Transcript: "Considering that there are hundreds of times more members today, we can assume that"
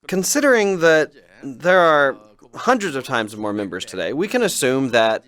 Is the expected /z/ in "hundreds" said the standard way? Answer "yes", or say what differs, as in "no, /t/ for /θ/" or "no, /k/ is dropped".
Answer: yes